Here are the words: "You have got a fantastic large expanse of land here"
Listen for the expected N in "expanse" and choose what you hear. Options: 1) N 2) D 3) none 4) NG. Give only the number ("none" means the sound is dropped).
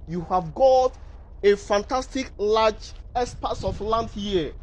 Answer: 3